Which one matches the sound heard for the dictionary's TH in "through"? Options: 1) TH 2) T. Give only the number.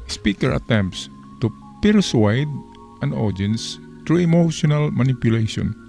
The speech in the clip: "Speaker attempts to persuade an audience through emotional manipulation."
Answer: 2